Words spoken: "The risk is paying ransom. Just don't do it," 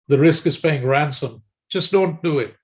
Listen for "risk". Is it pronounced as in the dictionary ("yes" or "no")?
yes